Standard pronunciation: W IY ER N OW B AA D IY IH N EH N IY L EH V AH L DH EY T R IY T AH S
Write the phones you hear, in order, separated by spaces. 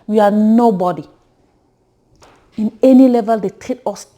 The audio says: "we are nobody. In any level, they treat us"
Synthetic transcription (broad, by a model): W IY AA N OW B AA D IY IH N EH N IY L EH V AH L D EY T EH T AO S